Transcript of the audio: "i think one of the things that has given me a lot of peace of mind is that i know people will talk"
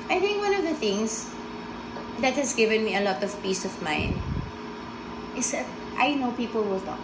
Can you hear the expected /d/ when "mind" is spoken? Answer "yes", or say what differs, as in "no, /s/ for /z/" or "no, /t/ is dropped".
no, /d/ is dropped